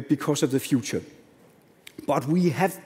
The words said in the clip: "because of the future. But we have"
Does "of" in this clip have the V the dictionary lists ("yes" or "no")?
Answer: yes